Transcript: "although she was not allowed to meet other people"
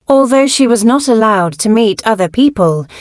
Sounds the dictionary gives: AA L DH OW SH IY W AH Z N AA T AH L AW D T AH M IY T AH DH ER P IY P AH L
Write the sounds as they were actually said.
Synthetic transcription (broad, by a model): AA L DH OW SH IY W AH Z N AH T AH L AW D T AH M IY T AH DH ER P IY P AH L